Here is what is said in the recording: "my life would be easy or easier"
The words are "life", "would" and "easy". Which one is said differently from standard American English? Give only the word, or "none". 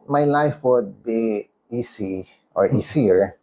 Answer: easy